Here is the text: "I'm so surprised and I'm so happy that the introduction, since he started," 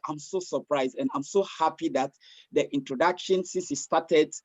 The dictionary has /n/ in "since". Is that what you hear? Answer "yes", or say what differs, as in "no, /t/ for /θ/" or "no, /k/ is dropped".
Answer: no, /n/ is dropped